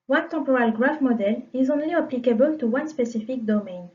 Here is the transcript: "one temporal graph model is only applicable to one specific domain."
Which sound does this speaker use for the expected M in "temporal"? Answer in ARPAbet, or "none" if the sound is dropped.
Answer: none